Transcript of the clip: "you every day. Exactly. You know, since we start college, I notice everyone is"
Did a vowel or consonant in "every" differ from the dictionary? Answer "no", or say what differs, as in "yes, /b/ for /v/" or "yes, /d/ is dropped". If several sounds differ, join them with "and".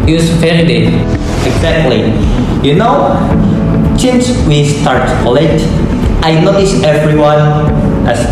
yes, /v/ is dropped